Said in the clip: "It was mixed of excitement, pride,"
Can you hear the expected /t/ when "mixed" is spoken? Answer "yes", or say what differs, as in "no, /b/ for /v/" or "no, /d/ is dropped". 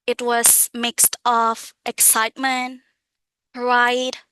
yes